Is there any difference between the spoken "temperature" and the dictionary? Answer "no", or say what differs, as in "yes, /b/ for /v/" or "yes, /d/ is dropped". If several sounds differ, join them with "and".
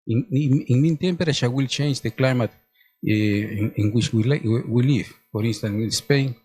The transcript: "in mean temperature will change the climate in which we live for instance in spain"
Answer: yes, /ʃ/ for /tʃ/